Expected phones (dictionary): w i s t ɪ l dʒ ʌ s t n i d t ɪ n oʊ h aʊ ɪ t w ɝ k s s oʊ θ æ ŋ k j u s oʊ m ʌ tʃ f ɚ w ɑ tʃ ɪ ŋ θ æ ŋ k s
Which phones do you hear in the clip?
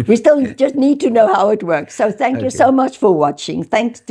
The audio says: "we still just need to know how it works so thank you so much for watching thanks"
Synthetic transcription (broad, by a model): w i s t ɪ l dʒ ʌ s t n i d t ɪ n oʊ h aʊ ɪ t w ɝ k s s oʊ θ æ ŋ k j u s oʊ m ʌ tʃ f ɚ w ɑ tʃ ɪ ŋ θ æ ŋ k s